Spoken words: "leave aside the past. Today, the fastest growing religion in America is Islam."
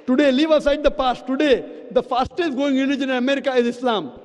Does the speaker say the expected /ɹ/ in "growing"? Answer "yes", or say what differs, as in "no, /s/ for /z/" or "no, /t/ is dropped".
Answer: no, /ɹ/ is dropped